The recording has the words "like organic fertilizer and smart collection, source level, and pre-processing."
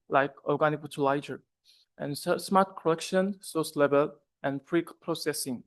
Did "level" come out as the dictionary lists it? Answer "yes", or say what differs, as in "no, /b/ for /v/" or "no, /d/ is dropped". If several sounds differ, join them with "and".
no, /b/ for /v/